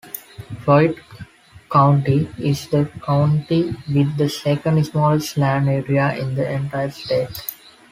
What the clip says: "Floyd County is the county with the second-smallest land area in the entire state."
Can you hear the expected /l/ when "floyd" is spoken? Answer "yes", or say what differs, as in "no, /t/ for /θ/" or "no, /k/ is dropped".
no, /l/ is dropped